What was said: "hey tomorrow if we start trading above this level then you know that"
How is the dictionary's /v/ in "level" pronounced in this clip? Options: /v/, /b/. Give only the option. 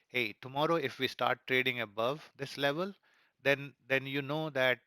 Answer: /v/